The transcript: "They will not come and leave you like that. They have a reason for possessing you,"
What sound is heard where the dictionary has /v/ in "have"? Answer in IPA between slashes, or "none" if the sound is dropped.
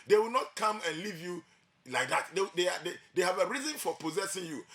/v/